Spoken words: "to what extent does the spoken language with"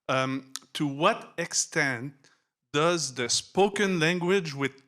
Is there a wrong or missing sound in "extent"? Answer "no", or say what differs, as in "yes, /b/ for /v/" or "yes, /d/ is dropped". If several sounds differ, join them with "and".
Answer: no